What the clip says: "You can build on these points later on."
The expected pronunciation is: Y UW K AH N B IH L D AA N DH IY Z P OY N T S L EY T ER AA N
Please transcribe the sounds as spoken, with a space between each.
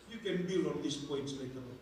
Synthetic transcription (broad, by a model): Y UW K AH N B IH L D AA N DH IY S P OY N T S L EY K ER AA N